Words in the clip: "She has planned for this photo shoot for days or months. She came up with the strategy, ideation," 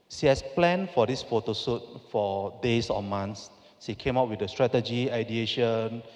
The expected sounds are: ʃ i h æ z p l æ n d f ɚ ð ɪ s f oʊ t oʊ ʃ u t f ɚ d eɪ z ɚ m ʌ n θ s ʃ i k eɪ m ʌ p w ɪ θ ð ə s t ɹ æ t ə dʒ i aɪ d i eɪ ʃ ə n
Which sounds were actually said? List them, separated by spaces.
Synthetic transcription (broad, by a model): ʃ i h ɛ s p l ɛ n f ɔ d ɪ s f oʊ t oʊ s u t f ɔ d eɪ s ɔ m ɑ n s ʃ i k eɪ m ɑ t w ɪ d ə s t ɹ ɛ t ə dʒ i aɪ d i eɪ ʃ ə n